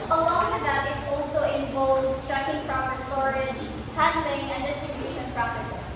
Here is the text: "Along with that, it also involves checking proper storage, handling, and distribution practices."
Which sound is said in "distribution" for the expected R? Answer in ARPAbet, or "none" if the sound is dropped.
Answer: none